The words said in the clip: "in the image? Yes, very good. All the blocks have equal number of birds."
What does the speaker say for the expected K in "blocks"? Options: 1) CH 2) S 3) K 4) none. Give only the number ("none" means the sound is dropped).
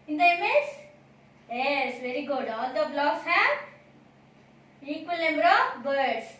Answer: 4